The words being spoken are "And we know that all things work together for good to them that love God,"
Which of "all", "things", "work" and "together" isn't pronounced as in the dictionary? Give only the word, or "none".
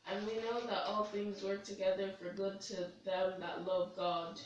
none